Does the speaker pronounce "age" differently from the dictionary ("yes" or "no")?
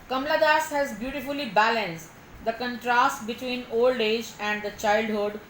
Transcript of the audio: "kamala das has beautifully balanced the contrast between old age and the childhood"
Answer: no